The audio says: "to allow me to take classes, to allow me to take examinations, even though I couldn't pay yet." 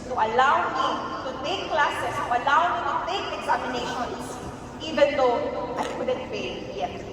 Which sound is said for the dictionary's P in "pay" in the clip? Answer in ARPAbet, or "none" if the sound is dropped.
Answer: F